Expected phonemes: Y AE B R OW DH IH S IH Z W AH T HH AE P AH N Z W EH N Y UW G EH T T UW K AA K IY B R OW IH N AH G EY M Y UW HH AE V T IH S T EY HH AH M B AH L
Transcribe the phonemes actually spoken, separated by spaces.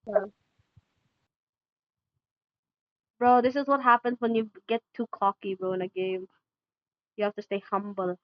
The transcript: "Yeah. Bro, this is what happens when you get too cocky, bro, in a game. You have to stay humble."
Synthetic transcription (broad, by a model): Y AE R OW DH IH S IH Z W AH T HH AE P AH N Z W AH N Y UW G EH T T UW K AA K IY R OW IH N AH G EY M Y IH HH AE F T IH S T EY HH AH M B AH L